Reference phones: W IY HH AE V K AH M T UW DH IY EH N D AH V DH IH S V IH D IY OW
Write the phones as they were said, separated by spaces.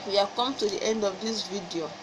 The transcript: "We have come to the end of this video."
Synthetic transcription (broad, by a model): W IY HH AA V K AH M T UW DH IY EH N D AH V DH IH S V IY D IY OW